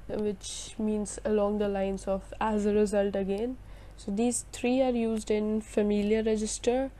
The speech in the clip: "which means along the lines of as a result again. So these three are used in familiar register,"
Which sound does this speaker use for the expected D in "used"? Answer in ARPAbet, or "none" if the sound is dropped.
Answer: D